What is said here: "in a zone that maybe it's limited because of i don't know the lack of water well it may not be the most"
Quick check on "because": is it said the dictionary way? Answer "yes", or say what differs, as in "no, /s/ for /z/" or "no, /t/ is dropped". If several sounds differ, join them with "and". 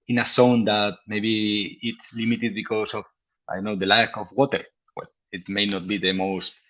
no, /s/ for /z/